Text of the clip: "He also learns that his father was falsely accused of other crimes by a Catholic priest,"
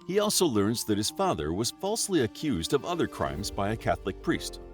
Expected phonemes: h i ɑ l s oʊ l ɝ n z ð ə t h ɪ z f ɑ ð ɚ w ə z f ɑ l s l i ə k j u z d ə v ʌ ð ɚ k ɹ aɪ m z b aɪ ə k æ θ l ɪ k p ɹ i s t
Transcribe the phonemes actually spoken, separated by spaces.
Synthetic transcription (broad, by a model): h i ɑ l s oʊ l ɝ n z ð ə t h ɪ z f ɑ ð ɚ w ə z f ɑ l s l i ə k j u z d ə v ʌ ð ɚ k ɹ aɪ m z b aɪ ə k æ θ l ɪ k p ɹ i s t